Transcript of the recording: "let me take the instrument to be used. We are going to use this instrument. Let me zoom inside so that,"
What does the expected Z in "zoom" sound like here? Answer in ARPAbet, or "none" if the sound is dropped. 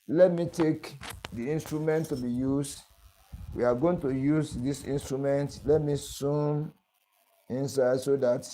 S